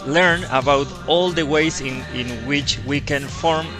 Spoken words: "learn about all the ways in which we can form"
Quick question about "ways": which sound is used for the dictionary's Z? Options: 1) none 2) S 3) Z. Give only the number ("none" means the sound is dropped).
2